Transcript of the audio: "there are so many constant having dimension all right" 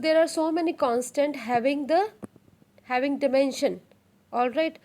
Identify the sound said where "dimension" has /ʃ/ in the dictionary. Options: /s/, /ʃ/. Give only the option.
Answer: /ʃ/